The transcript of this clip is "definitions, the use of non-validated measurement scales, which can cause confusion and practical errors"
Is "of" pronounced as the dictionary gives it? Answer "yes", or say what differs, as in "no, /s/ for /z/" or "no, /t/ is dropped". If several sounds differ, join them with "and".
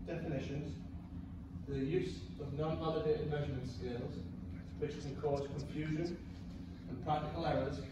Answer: yes